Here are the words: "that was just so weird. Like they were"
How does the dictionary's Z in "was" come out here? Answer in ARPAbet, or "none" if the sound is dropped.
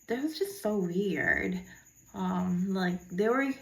Z